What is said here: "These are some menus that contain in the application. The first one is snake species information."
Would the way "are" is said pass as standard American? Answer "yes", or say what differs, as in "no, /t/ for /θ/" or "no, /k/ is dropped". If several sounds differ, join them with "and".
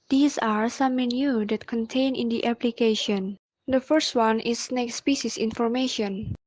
yes